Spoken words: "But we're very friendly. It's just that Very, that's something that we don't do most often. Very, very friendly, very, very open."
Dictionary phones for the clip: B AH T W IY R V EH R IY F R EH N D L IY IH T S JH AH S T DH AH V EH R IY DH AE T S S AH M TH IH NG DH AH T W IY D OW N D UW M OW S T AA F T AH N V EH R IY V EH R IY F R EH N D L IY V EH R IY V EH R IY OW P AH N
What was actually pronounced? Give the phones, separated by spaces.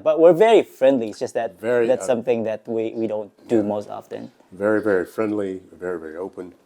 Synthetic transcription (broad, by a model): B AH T W IY R V EH R IY F R EH N D L IY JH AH S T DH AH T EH R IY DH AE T S S AH M TH IH NG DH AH T W IY D OW N D UW M OW S T AA F T AH N V EH R IY V EH R IY F R EH N D L IY V EH R IY V EH R IY OW P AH N